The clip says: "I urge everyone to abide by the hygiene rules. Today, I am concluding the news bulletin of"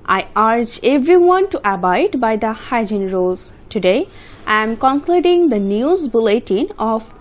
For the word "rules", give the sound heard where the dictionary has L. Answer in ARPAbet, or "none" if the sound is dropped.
none